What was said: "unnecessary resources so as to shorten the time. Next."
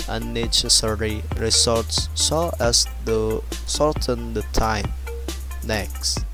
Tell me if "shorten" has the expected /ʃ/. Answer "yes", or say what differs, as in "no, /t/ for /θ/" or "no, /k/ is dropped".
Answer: no, /s/ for /ʃ/